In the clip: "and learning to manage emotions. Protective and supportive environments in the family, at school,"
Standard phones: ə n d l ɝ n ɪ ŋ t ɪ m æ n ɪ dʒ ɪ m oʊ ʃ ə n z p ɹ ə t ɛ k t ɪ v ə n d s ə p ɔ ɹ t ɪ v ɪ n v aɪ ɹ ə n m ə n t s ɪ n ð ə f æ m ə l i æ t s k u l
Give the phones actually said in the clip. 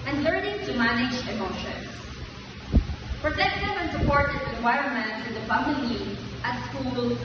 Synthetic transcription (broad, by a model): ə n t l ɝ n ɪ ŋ t ɪ m æ n ɪ dʒ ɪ m oʊ ʃ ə n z p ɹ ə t ɛ k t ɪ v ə n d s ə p ɔ ɹ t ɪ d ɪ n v aɪ ɹ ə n m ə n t ɪ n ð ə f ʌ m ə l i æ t s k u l